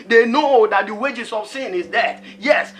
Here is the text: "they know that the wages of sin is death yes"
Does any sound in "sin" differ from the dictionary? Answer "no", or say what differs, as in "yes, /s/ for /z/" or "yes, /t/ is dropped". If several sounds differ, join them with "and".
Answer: no